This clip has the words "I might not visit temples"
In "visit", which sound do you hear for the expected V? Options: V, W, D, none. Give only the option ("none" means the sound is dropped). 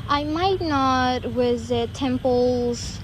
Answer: W